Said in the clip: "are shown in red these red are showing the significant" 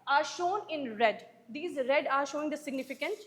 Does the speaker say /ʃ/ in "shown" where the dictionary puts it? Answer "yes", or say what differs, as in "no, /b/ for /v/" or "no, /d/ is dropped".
yes